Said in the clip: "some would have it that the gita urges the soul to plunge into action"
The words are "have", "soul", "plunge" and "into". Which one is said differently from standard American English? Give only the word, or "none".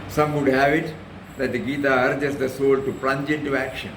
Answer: none